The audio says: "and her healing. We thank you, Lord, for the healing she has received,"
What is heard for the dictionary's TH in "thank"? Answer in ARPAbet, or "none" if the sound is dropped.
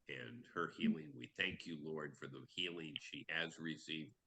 TH